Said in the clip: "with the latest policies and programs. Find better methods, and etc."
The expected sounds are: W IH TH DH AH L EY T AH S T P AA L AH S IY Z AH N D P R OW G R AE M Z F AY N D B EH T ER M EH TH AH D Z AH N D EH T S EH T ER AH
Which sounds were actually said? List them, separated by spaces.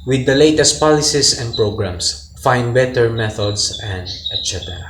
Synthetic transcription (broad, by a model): W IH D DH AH L EY T AH S T P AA L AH S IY S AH N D P R OW G R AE M S F AY N D B EH T ER M EH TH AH D S AH N D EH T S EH T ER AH